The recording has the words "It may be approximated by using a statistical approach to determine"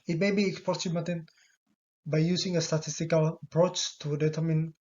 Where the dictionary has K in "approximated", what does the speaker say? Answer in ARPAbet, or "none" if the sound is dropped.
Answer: none